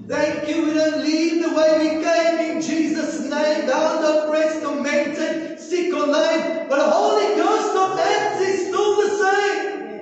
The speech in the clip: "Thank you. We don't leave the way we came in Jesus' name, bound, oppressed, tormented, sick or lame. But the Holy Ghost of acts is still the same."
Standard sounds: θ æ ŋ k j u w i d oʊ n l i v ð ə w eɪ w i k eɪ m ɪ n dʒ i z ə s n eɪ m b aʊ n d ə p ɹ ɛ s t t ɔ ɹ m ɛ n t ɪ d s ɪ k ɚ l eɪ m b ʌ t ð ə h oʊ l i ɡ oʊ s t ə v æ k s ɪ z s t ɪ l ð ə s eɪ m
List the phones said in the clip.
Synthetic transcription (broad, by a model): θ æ ŋ k j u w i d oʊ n l i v ð ə w eɪ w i k eɪ m ɪ n dʒ i z ə s n eɪ m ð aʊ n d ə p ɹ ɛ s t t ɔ m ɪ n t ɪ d s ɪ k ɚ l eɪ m b ʌ t ð ə h oʊ l i ɡ oʊ s t ə v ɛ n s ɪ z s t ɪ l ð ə s eɪ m